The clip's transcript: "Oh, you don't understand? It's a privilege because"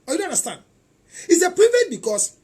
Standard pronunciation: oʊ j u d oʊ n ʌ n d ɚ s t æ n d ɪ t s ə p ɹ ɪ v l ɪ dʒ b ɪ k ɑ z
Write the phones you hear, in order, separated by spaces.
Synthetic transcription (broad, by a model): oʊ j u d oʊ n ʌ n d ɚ s t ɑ n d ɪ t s ə p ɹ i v ɪ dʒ b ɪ k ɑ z